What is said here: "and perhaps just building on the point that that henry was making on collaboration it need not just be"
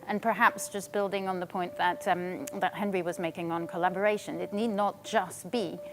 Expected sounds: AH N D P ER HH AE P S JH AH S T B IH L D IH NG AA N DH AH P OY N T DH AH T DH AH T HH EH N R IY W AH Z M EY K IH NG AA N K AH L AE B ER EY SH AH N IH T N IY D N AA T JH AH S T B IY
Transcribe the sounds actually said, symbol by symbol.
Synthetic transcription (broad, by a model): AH N P ER HH AE P S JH AH S B IH L D IH NG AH N DH AH P OY N DH AH T DH AH T HH EH N R IY W AH Z M EY K IH NG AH N K AH L AE B ER EY SH AH N IH T N IY D N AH T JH AH S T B IY